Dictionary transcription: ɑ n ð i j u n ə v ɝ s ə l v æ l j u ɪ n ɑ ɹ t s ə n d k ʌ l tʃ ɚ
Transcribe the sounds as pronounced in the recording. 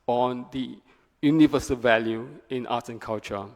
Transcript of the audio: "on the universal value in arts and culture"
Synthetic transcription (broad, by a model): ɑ n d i j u n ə v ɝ s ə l v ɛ l j u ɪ n ɑ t ə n k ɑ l tʃ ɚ